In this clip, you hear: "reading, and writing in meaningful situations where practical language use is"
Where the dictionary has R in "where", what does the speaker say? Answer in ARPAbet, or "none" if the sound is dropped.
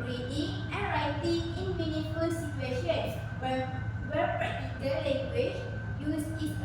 W